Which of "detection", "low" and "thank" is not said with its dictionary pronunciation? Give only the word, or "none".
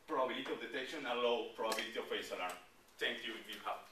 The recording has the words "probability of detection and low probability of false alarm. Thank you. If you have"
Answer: thank